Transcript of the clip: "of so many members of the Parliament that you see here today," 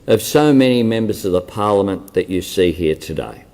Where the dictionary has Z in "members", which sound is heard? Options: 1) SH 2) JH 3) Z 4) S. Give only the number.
3